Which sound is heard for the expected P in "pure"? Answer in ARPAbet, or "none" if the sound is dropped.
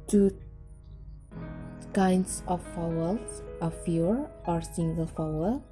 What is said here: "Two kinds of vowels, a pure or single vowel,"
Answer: F